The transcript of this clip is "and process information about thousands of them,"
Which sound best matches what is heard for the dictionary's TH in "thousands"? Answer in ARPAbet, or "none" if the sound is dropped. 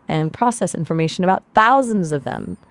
TH